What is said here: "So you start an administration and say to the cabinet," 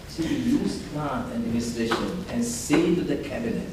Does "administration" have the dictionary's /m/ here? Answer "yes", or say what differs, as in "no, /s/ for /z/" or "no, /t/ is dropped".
no, /m/ is dropped